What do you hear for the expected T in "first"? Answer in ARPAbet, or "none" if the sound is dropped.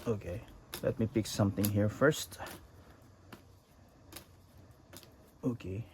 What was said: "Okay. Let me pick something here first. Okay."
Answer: T